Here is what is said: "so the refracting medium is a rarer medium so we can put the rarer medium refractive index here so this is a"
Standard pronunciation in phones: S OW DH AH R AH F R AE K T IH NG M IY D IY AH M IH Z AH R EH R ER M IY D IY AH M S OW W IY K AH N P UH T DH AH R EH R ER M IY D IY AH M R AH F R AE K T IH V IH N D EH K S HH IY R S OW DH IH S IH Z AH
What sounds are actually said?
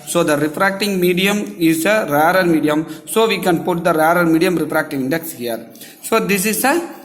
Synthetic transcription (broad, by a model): S OW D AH R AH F R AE K T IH NG M IY D IY AH M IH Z AH R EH R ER M IY D IY AH M S OW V IY K AH N P UH T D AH R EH R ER M IY D IY AH M R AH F R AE K T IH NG IH N D EH K S HH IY R S OW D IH S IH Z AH